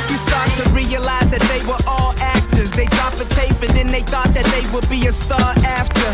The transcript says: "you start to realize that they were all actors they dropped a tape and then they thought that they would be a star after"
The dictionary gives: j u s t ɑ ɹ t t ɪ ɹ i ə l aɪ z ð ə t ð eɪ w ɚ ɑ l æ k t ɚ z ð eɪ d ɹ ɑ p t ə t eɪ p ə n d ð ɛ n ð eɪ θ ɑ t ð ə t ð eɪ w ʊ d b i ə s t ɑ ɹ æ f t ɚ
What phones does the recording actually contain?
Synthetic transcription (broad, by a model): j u s t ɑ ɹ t t ɪ ɹ i ə l aɪ z ð ə t ð eɪ w ɚ ɑ l æ k t ɚ z ð eɪ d ɹ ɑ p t ə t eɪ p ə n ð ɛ n ð eɪ θ ɑ t ð ə t ð eɪ w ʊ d b i ə s t ɑ ɹ æ f t ɚ